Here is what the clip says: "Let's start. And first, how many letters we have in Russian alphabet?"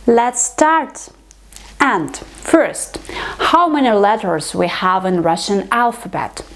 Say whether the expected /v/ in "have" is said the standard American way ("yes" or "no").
yes